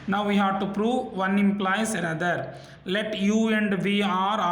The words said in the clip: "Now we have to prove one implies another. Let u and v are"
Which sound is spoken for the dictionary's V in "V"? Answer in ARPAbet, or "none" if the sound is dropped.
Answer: V